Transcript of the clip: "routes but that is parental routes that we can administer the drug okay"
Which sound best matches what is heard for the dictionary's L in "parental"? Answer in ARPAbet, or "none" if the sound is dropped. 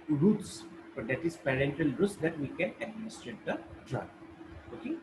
L